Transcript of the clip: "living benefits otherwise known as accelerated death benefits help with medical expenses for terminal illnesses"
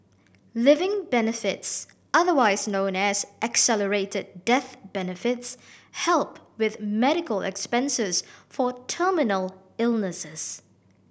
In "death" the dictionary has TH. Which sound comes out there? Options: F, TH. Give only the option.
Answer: TH